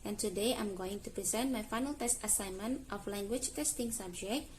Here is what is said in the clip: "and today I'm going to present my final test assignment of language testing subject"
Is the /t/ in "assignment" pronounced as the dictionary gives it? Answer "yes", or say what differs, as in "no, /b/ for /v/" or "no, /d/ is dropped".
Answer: yes